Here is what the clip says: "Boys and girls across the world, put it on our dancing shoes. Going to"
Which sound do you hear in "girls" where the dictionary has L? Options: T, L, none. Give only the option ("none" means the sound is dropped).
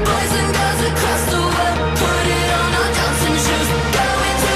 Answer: none